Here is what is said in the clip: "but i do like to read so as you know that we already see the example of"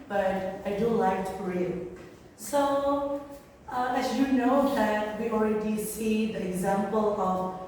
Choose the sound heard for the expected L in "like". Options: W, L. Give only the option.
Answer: L